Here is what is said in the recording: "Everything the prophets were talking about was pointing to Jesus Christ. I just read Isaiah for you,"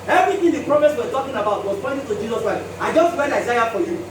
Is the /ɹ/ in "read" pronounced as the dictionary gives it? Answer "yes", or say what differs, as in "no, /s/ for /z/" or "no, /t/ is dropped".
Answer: no, /w/ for /ɹ/